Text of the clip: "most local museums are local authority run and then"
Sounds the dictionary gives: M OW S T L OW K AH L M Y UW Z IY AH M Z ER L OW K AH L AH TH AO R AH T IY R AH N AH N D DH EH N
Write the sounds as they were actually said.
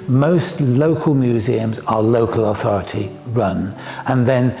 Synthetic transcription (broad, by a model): M OW S T L OW K AH L M Y UW Z IY AH M Z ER L OW K AH L AH TH AO R AH T IY R AH N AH N DH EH N